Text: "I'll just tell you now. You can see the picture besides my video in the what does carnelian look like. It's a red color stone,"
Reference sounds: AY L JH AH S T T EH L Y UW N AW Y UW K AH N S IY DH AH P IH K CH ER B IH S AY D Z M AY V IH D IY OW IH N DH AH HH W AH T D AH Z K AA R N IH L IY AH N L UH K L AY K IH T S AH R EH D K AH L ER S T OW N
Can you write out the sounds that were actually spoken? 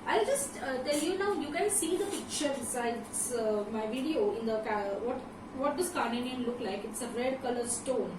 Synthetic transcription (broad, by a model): AY L JH AH S T T EH L Y UW N AW Y UW K AH N S IY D AH P IH K CH ER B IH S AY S M AY V IH D IY OW IH N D AH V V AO T D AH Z K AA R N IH N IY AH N L UH K L AY K IH T S AH R EH D K AH L ER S T OW N